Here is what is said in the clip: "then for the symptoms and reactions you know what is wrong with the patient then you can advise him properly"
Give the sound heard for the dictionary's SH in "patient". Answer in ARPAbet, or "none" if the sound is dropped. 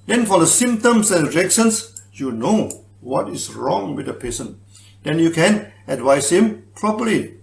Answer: S